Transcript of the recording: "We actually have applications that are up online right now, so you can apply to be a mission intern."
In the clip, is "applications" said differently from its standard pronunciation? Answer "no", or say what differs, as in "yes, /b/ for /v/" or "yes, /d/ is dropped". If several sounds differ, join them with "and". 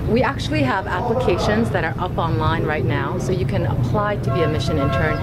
no